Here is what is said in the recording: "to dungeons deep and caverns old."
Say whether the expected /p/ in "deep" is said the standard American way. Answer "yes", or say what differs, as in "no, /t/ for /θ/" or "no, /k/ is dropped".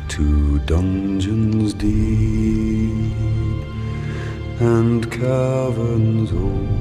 no, /p/ is dropped